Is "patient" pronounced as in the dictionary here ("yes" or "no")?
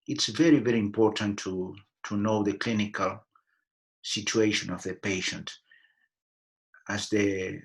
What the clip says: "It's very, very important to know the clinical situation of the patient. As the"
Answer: yes